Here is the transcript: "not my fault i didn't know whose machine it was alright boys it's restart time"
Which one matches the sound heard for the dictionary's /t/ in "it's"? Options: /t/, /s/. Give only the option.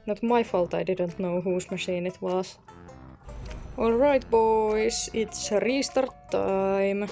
/t/